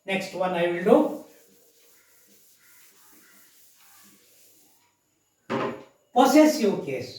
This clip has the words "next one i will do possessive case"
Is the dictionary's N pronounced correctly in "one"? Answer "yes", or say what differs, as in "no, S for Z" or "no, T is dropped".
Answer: yes